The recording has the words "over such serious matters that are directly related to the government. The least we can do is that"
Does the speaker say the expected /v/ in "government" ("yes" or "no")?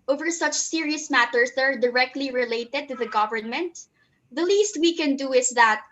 yes